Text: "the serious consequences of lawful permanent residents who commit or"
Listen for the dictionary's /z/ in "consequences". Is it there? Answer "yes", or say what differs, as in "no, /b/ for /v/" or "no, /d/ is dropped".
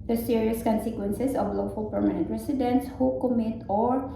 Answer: no, /s/ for /z/